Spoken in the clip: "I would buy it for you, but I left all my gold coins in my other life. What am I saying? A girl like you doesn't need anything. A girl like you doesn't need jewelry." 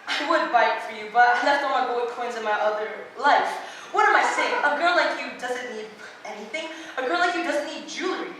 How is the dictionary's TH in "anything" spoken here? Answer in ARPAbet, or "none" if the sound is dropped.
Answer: TH